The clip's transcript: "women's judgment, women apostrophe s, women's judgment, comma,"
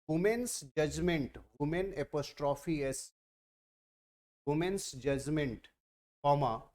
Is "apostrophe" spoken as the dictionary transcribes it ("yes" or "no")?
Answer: yes